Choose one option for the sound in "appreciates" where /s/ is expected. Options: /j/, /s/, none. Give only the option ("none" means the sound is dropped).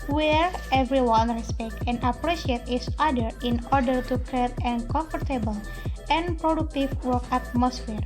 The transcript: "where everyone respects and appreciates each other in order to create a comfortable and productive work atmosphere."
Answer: none